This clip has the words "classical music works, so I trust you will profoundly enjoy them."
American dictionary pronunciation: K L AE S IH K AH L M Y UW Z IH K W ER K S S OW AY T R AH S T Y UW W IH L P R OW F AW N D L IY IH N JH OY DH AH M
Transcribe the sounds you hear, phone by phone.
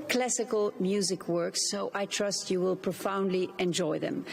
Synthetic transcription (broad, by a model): K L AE S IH K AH L M Y UW Z IH K W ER K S S OW AY T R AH S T Y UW W IH L P R OW F AW N D L IY IH N JH OY DH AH M